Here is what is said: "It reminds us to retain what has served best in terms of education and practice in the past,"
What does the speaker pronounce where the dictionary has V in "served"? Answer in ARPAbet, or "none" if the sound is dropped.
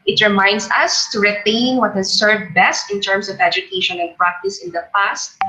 V